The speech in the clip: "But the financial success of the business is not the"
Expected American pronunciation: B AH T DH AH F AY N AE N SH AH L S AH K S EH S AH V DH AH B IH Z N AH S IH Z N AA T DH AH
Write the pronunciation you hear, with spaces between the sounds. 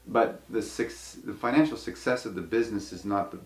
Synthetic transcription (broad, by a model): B AH T DH AH F AY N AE N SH L S AH K S EH S AH V DH AH B IH Z N AH S IH Z N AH T DH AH